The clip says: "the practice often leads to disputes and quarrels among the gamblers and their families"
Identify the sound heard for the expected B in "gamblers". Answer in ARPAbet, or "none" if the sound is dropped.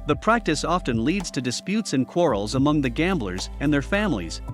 B